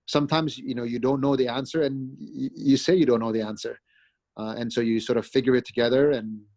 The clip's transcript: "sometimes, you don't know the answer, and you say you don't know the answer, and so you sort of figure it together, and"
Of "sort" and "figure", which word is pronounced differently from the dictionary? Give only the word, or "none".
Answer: none